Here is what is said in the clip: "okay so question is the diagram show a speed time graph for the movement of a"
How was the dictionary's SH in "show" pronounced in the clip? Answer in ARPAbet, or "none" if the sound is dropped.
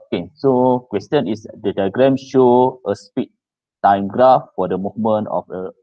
SH